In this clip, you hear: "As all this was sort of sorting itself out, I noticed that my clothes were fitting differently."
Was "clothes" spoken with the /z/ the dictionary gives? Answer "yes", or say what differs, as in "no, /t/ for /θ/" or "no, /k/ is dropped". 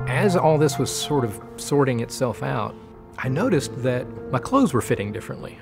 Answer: yes